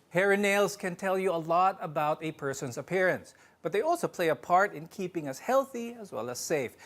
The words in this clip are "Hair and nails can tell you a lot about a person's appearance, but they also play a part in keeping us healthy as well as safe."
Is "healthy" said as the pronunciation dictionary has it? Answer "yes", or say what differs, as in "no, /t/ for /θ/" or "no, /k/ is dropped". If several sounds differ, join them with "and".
yes